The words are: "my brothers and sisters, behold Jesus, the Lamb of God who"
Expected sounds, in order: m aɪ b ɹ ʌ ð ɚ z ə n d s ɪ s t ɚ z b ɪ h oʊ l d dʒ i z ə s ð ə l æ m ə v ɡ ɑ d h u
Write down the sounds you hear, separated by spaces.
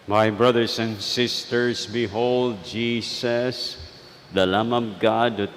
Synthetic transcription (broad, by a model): m aɪ b ɹ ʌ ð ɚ s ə n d s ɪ s t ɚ s b ɪ h oʊ l d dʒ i s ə s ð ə l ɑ m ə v ɡ ɑ d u